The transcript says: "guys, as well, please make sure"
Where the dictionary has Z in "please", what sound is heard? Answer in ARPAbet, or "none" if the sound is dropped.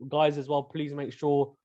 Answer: Z